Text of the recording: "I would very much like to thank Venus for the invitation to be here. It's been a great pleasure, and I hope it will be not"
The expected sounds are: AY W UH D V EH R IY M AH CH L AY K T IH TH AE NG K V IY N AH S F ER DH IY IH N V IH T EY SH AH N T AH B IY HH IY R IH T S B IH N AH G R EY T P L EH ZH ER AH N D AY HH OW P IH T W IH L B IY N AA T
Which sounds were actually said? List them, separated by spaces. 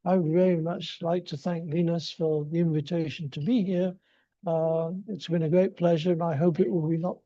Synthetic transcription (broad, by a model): AY W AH D V EH R IY M AH CH L AY K T IH TH AE NG K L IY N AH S F ER DH IY IH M V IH T EY SH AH N T AH B IY HH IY R IH T S B IH N AH G R EY T P L EH ZH ER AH N AY HH OW P IH T W IH L B IY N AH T